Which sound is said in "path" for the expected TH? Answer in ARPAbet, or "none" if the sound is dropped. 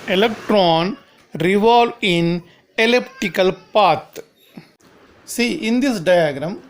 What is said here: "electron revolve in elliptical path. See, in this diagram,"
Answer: T